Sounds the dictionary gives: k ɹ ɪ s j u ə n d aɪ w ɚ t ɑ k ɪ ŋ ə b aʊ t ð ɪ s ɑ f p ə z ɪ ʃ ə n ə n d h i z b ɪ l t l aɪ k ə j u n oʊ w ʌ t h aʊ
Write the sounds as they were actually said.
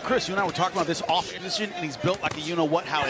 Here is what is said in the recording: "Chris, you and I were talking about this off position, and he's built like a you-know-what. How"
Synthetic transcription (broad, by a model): k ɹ ɪ s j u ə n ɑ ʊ w ɚ t ɑ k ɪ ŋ ə b aʊ t ð ɪ s ɑ f p ə z ɪ ʃ ə n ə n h i z b ɪ l t l aɪ k ə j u n oʊ w ʌ t h aʊ